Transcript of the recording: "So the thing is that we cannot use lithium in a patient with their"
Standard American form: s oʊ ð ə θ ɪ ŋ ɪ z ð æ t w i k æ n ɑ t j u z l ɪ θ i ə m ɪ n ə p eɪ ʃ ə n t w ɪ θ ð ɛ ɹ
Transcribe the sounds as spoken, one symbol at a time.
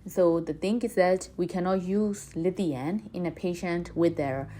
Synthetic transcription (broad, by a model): s oʊ ð ə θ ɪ ŋ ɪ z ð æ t w i k æ n ɑ t j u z l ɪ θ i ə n ɪ n ə p eɪ ʃ ə n t w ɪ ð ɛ ɹ